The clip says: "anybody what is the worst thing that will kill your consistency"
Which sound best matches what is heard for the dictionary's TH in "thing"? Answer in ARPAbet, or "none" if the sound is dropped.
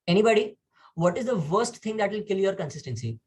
T